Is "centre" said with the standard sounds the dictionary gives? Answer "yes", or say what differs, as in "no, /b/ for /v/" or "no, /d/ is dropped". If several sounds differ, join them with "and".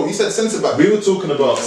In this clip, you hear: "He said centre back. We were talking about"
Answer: no, /s/ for /t/